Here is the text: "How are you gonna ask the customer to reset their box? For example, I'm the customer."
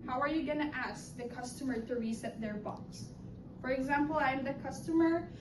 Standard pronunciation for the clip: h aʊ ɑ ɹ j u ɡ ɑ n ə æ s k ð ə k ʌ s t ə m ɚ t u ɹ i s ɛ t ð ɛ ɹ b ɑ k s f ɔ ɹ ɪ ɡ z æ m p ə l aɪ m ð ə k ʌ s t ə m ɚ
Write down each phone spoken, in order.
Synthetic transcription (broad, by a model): h aʊ ɑ ɹ j u ɡ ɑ n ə æ s k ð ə k ʌ s t ə m ɚ t u ɹ i s ɛ t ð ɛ ɹ b ɑ k s f ɔ ɹ ɪ ɡ z æ m p ə l aɪ m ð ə k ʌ s t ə m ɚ